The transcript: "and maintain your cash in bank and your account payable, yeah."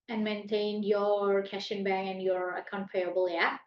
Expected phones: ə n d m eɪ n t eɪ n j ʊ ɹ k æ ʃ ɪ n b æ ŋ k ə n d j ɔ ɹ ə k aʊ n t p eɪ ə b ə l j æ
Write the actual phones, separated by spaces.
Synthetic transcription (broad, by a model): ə n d m eɪ n t eɪ n j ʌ ɹ k æ ʃ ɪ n b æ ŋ ə n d j ɔ ɹ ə k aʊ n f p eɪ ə b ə l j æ